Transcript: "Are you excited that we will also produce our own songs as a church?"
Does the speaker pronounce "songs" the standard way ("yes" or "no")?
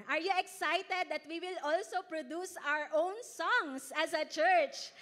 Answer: no